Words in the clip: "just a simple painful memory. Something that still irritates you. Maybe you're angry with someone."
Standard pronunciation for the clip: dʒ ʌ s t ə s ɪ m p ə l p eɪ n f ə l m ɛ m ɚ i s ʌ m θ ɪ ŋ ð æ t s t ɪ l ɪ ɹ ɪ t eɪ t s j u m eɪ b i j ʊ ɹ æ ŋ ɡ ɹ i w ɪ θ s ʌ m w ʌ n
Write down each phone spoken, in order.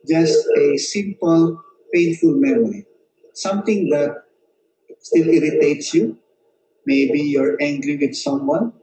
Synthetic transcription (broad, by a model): dʒ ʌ s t ə s ɪ m p ə l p eɪ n f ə l m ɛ m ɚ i s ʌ m t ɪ ŋ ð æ t s t ɪ l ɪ ɹ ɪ t eɪ t s j u m eɪ b i j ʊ ɹ æ ŋ ɡ ɹ i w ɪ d s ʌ m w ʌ n